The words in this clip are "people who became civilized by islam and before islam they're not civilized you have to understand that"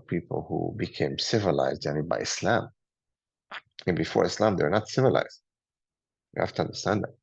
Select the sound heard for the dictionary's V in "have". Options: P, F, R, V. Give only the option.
F